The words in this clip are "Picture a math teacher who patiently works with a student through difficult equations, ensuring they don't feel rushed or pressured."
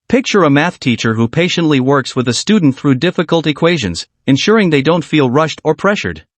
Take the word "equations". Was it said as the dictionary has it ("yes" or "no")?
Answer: yes